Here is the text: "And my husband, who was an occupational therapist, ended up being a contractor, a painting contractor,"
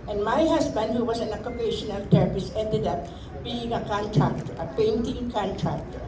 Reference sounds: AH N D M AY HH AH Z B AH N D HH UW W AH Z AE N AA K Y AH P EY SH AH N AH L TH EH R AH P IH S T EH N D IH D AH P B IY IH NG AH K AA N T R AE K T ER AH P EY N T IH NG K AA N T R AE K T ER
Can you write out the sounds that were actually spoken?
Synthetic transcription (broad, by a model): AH N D M AY HH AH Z B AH N D HH UW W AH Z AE N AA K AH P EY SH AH N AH L T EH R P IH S EH N D IH D AH P B IY IH NG AH K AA N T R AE K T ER AH P EY N T IH NG K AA N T R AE K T